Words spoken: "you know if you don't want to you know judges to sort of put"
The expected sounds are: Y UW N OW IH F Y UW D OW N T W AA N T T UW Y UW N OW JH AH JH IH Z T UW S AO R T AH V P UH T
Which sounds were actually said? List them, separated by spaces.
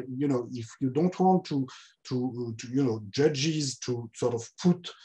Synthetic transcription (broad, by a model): Y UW N OW IH F Y UW D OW N T W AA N T T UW Y UW N OW JH AH JH IH Z T UW S AO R T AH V P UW T